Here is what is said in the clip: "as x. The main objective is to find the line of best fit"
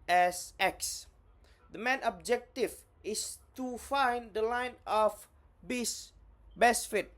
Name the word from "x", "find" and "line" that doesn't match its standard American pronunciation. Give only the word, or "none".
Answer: none